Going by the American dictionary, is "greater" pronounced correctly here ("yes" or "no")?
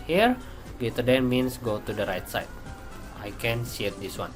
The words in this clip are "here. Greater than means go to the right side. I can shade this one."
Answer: no